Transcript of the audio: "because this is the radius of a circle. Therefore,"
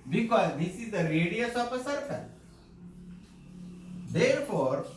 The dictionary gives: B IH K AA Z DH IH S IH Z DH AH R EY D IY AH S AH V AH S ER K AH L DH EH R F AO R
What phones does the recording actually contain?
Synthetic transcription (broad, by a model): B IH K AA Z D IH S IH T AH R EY D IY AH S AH P AH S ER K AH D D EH R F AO R